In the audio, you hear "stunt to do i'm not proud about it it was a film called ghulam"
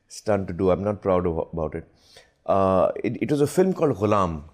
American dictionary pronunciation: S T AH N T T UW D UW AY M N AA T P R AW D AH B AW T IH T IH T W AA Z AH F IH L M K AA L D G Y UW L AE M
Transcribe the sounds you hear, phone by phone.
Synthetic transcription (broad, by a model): S T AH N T T UW D UW AY M N AA T P R AW D AH B AW T IH T IH T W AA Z AH F IH L M K AA L D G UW L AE M